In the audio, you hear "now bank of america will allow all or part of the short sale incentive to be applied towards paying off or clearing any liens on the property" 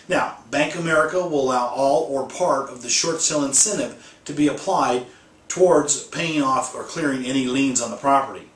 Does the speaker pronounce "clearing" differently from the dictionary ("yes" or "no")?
no